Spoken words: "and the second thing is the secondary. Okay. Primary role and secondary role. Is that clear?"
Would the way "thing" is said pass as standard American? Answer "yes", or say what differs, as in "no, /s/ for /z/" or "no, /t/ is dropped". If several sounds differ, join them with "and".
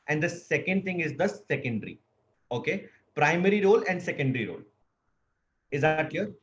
no, /t/ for /θ/